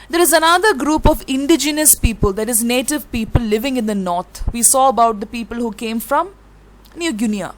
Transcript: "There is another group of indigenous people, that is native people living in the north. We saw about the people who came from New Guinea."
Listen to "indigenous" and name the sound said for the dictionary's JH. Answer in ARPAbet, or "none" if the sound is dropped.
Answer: JH